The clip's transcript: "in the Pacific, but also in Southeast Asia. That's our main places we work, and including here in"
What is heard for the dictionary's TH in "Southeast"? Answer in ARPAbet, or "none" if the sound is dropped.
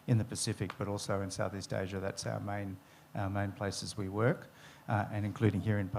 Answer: TH